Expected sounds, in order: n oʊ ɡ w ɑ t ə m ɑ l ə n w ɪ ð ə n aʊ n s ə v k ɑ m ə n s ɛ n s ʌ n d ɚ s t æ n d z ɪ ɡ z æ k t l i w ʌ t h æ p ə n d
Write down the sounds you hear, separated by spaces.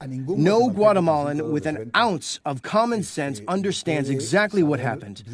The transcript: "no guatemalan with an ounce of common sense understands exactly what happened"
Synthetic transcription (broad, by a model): n oʊ ɡ w ɑ t ə m ɑ l ə n w ɪ ð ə n aʊ n s ə v k ɑ m ə n s ɛ n s ʌ n d ɚ s t æ n d z ɪ ɡ z æ k t l i w ʌ t h æ p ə n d